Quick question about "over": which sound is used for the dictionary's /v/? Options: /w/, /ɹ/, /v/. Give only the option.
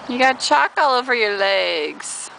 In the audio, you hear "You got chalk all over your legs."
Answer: /v/